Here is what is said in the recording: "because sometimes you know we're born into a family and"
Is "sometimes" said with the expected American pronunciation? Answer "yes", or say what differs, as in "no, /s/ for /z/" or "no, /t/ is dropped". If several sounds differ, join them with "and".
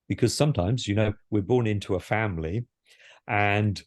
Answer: yes